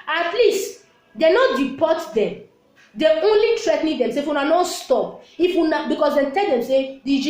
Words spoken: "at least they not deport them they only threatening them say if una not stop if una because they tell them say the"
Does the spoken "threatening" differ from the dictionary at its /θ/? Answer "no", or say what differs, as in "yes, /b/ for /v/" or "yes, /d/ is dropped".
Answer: yes, /t/ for /θ/